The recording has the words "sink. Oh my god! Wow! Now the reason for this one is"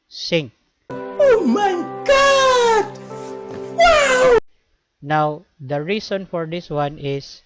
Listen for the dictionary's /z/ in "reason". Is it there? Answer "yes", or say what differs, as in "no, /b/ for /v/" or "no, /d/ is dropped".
no, /s/ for /z/